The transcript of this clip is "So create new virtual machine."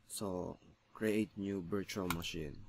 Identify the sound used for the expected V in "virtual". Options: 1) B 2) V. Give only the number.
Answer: 1